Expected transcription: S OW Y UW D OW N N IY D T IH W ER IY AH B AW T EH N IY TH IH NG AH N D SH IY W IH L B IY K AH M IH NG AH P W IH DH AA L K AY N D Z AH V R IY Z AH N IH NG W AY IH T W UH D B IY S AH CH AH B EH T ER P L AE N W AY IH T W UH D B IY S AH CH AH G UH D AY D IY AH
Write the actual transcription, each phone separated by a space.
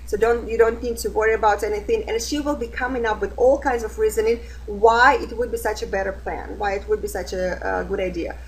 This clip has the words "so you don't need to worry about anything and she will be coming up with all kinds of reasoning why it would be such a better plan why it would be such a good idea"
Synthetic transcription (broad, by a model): S OW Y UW D OW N N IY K T IH W ER IY AH B AW T EH N IY TH IH NG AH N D SH IY W IH L B IY K AH M IH NG AH P W IH DH AA L K AY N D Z AH V R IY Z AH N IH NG W AY IH T W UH D B IY S AH CH AH B EH T ER P L AE N W AY IH T W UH D B IY S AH CH AH G UH D AY D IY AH